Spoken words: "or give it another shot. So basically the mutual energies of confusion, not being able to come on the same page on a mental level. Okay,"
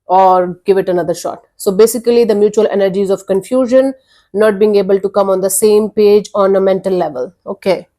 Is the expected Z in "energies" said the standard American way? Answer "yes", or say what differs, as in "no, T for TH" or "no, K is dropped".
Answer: yes